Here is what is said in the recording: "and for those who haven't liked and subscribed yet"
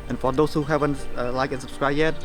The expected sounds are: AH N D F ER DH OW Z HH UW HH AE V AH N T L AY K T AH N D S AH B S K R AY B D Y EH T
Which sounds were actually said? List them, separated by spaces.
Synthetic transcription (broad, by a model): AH N F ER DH OW S HH UW HH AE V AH N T L AY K AH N S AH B S K R AY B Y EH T